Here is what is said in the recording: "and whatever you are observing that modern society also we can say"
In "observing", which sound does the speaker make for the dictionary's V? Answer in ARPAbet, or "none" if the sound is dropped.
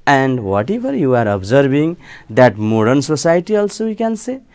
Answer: B